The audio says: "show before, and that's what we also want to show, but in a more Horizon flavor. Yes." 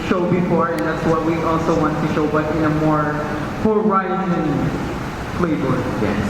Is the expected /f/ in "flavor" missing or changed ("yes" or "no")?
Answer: yes